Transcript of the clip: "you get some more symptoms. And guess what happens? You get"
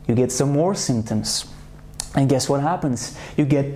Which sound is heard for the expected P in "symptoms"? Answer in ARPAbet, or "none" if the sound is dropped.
P